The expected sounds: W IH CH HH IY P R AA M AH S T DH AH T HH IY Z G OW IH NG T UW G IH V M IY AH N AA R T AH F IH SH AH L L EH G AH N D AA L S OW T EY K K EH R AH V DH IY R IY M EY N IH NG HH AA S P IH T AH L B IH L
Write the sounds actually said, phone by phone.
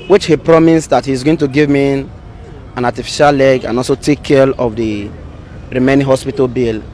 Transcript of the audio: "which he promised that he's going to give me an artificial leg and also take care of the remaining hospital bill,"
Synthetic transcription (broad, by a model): W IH CH HH IY P R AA M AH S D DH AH T HH IY Z G OW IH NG T UW G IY V M IY AH N AA T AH F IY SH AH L L EH G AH N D AA L S OW T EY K K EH L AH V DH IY R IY M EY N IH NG HH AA S P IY T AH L B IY L